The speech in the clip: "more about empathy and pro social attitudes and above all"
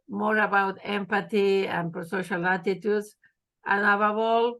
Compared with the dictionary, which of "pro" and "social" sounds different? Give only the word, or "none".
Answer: pro